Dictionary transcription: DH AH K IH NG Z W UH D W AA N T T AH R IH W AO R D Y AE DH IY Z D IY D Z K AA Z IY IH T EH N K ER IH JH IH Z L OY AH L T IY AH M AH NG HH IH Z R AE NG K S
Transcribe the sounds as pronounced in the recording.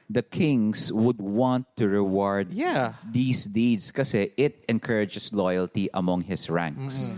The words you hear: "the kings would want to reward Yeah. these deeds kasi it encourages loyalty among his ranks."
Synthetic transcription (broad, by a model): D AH K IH NG S W UH D W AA N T T AH R IH W AO R D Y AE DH IY S D IY D S K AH S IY IH T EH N K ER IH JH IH S L OY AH L T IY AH M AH NG HH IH S R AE NG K S